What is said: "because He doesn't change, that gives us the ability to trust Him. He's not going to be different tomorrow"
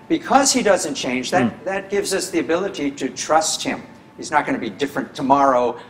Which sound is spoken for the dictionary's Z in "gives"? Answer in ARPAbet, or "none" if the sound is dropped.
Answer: Z